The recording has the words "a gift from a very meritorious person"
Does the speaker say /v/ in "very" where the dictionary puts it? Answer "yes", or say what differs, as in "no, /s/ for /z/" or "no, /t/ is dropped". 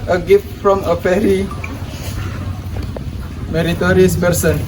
no, /p/ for /v/